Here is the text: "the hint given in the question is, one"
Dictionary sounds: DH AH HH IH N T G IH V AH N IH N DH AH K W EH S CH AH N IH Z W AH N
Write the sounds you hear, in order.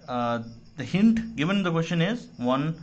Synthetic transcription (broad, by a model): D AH HH IH N T G IH V AH N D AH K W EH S SH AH N IH Z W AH N